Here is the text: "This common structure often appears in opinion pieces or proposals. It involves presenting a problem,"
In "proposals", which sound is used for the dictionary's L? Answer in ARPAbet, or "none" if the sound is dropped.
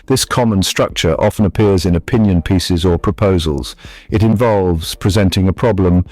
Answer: L